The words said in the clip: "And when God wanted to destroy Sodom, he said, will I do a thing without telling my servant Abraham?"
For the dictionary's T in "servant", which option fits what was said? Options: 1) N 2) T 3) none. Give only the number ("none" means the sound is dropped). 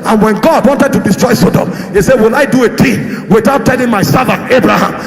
3